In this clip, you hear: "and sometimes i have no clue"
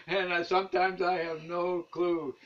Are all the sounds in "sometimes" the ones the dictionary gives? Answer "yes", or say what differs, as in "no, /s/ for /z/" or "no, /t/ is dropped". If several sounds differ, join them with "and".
yes